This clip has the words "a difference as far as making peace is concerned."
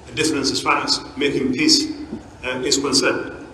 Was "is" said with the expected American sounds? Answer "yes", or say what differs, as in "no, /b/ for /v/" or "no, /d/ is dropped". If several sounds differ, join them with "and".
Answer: no, /s/ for /z/